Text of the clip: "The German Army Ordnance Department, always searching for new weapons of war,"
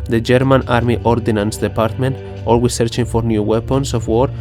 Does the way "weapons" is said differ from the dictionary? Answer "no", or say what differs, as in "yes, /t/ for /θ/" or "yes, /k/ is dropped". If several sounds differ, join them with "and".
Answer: yes, /s/ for /z/